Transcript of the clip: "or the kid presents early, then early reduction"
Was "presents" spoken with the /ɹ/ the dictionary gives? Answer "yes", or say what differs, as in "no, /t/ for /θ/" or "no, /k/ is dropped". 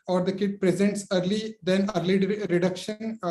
yes